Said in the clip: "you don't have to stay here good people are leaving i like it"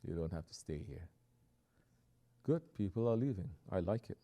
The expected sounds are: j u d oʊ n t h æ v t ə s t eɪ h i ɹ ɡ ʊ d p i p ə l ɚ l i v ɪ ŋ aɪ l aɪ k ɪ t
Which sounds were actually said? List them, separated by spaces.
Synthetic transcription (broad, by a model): j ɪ d oʊ n t h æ f t ə s t eɪ h i ɹ ɡ ʊ d p i p l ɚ l i v ɪ ŋ aɪ l aɪ k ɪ t